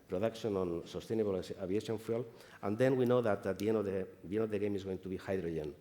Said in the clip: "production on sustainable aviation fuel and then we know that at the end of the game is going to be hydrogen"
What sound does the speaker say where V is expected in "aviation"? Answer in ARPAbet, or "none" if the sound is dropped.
B